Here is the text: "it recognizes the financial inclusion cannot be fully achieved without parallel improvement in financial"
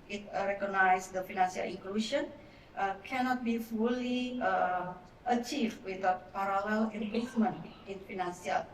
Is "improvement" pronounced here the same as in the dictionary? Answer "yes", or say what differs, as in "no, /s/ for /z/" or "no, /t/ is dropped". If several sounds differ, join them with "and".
no, /l/ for /ɹ/